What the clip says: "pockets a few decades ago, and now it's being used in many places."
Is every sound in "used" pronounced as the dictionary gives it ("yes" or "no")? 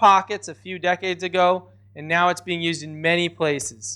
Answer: yes